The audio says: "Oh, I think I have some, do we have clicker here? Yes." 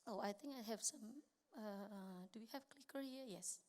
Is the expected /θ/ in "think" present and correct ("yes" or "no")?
no